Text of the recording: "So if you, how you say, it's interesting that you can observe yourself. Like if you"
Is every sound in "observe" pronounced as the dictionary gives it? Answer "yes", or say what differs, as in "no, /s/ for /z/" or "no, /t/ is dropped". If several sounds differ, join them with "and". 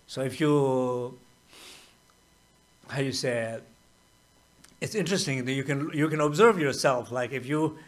yes